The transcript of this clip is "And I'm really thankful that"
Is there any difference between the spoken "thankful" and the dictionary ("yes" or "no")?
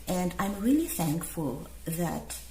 no